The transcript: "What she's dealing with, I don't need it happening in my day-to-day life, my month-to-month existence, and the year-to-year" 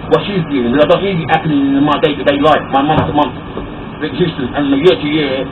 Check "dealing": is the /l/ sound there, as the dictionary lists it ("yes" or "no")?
no